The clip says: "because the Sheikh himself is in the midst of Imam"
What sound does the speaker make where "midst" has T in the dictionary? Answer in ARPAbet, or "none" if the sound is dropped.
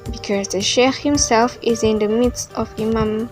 T